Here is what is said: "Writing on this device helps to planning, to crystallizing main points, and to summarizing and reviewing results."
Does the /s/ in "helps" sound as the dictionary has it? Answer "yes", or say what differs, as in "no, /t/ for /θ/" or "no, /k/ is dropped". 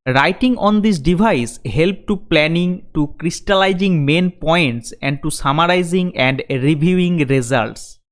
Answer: no, /s/ is dropped